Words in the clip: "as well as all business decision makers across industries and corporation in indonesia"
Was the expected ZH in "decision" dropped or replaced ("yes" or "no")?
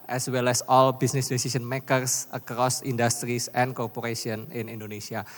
yes